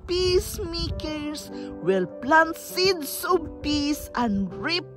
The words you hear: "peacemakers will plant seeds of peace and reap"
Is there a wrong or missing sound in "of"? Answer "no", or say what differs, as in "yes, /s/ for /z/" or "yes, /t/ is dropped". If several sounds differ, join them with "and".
yes, /b/ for /v/